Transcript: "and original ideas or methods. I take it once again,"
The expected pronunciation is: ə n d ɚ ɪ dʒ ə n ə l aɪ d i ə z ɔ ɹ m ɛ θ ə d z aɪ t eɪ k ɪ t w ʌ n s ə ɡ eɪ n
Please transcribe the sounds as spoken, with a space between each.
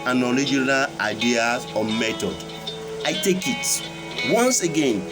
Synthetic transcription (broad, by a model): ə n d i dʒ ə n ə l aɪ d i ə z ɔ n m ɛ t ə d aɪ t eɪ k ɪ t w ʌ n s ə ɡ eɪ n